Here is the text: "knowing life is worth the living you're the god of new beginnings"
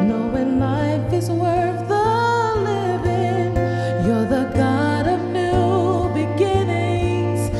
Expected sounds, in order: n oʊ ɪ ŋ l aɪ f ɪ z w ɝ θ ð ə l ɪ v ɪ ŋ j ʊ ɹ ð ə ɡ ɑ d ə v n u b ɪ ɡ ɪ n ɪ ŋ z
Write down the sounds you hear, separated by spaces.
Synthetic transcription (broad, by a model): n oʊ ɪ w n aɪ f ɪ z w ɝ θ ð ə l ɪ v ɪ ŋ j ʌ ɹ ð ə ɡ ɑ d ə v n u b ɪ ɡ ɪ n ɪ ŋ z